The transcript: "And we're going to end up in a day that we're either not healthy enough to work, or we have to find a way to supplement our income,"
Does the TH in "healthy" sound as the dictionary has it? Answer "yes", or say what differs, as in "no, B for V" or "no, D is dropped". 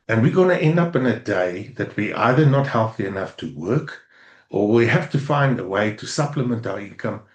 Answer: yes